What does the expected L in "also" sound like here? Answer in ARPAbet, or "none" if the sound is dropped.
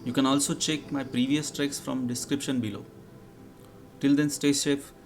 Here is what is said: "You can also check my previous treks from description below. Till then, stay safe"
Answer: L